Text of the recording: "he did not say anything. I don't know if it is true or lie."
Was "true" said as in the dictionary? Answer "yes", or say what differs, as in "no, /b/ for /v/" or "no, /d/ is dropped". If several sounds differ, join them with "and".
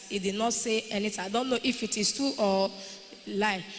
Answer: no, /ɹ/ is dropped